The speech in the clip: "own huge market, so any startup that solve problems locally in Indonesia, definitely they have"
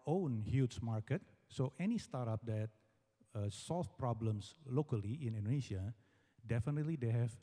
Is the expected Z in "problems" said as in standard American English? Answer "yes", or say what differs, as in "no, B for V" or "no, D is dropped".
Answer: no, S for Z